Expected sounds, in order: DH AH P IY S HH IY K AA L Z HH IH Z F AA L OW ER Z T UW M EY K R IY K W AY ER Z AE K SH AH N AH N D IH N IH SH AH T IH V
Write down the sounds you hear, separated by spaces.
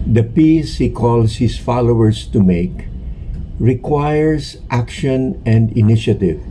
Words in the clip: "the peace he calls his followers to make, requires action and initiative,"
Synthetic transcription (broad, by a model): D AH P IY S HH IY K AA L S HH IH S F AA L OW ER S T UW M EY K R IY K W AY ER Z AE K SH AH N AH N D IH N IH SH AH T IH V